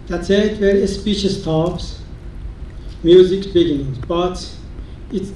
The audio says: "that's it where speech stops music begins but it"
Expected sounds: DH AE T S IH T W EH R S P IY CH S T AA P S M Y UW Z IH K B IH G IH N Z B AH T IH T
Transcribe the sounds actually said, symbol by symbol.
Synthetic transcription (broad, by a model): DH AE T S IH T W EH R S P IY SH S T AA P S M Y UW Z IH K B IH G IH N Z B AH T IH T